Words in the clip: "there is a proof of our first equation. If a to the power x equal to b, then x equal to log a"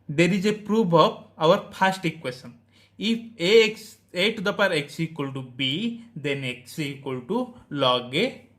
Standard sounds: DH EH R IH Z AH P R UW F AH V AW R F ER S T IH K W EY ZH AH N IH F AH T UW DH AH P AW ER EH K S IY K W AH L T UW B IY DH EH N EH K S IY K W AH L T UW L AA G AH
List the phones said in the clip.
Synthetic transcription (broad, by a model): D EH R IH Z AH P R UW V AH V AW R P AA S T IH K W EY S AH N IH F AH T UW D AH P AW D EH K S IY K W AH L T UW B IY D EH N EH K S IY K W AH L T UW L AA G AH